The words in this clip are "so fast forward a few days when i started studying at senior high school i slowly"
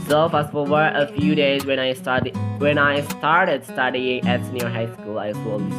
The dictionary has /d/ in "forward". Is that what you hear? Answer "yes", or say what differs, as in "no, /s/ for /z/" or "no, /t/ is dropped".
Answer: no, /d/ is dropped